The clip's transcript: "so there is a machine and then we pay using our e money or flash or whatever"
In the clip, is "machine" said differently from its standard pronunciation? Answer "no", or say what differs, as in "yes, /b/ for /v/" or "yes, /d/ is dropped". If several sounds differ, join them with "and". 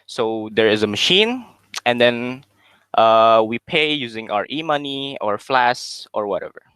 no